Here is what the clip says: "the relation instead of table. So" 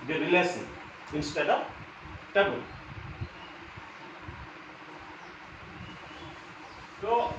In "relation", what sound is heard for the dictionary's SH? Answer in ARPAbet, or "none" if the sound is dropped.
S